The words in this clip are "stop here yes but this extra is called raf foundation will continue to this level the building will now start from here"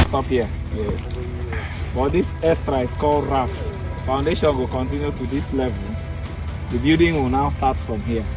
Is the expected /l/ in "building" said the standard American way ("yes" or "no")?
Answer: no